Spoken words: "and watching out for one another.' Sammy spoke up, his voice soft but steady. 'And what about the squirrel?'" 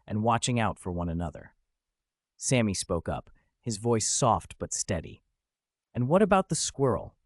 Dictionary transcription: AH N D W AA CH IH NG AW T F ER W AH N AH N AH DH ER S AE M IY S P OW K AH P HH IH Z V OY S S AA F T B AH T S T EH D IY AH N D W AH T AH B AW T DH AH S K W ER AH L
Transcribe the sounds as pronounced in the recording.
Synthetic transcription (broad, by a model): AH N W AA CH IH NG AW T F ER W AH N AH N AH DH ER S AE M IY S P OW K AH P HH IH Z V OY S S AA F T B AH T S T EH D IY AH N W AH T AH B AW T DH AH S K W ER L